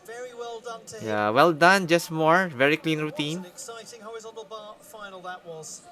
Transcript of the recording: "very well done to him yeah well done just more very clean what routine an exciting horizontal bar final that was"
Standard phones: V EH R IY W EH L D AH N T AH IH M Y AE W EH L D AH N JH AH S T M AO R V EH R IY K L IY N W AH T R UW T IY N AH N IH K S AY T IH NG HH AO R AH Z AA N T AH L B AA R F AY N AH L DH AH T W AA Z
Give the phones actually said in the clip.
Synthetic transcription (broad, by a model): V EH R IY W EH L D AH N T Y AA W EH L D AH N JH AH S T M AO R V EH R IY K L IY N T R UW T IY N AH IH K S AY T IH NG HH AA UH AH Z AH L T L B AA F AY N AH L DH AH T W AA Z